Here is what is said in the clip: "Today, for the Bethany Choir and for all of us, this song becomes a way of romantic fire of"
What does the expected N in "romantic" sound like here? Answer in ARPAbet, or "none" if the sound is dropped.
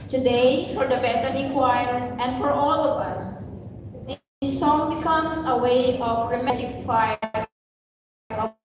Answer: none